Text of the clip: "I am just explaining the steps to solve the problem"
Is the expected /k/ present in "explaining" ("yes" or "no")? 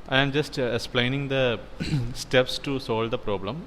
yes